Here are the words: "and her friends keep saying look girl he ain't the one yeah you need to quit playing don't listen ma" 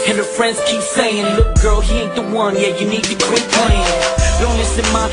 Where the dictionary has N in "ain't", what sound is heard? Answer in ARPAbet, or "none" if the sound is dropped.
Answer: none